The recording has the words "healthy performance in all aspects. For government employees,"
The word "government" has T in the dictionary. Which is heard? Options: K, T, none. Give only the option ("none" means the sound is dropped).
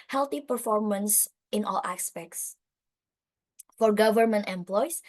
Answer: T